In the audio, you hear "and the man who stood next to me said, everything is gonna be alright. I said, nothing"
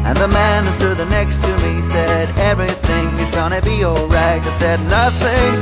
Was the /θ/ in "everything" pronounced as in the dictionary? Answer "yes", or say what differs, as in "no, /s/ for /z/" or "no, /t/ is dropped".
yes